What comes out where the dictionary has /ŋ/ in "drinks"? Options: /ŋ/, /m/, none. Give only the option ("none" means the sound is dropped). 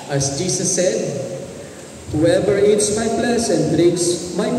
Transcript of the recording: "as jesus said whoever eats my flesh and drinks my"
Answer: none